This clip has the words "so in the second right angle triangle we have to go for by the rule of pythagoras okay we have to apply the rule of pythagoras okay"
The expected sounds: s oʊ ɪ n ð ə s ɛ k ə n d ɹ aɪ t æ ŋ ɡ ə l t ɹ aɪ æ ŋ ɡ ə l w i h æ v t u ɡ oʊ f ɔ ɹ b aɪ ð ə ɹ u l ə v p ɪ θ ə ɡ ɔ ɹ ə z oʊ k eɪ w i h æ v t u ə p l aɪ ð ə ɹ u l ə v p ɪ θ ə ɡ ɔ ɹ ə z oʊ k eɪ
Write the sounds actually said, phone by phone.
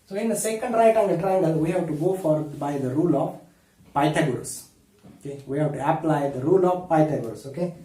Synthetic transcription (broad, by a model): s oʊ ɪ n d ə s ɛ k ə n d ɹ aɪ t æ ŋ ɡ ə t ɹ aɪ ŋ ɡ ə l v i h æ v t u ɡ oʊ f ɔ ɹ b aɪ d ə ɹ u l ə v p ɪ t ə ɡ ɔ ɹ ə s oʊ k eɪ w i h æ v t u ə p l aɪ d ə ɹ u l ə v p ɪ t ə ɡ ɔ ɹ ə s oʊ k eɪ